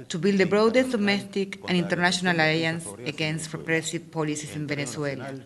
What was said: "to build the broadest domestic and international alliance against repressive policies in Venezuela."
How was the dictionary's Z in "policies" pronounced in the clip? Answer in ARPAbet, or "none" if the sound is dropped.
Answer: S